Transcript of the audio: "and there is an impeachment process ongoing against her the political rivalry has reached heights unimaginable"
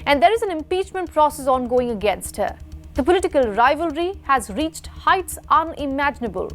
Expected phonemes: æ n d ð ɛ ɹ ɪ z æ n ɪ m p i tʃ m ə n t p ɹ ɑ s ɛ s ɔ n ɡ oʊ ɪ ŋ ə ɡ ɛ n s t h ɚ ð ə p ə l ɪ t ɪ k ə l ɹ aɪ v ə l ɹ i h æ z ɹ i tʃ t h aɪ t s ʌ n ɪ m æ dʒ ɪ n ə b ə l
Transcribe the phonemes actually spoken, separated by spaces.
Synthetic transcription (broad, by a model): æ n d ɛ ɹ ɪ z æ n ɪ m p i tʃ m ə n t p ɹ ɑ s ɛ s ɔ n ɡ oʊ ɪ ŋ ə ɡ ɛ n s t h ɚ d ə p ə l ɪ t ɪ k ə l ɹ aɪ v ə l ɹ i h æ z ɹ i tʃ t h aɪ t s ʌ n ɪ m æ dʒ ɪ n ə b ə l